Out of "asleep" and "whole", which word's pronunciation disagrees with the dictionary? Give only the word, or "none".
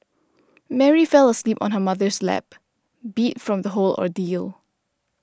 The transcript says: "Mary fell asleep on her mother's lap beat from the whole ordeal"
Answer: none